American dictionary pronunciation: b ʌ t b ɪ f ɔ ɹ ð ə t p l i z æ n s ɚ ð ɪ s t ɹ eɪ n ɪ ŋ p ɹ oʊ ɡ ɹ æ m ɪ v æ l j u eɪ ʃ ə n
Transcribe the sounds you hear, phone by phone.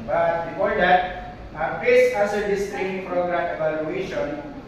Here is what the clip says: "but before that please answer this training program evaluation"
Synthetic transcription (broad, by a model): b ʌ t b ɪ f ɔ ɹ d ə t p ɛ s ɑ s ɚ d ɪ s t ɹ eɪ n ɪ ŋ p ɹ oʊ ɡ ɹ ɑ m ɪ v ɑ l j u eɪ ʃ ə n